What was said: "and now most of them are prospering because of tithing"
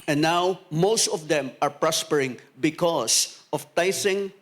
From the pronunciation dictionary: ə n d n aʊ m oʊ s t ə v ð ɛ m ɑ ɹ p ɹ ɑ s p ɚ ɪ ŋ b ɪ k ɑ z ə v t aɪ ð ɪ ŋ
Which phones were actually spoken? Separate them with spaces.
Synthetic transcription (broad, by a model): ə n n aʊ m oʊ s t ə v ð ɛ m ɑ ɹ p ɹ ɑ s p ɚ ɪ ŋ b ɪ k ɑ s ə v t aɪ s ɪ ŋ